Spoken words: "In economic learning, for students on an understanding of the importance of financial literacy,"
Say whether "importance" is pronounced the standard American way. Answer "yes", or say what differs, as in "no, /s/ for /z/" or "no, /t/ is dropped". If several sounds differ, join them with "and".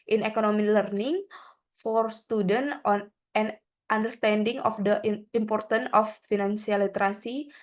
no, /s/ is dropped